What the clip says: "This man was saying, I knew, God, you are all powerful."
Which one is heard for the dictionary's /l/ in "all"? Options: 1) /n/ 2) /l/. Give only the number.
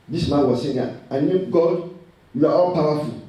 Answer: 1